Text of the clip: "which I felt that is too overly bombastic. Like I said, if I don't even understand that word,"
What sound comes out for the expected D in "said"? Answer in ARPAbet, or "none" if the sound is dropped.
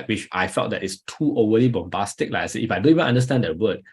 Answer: none